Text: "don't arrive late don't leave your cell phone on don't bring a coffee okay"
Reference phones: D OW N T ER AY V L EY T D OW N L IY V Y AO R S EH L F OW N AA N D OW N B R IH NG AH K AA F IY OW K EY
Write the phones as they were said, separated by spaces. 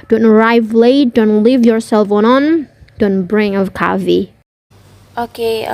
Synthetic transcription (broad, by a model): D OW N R AY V L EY D OW N L IY V Y AO R S EH L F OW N AA N D OW N B R IH NG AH K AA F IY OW K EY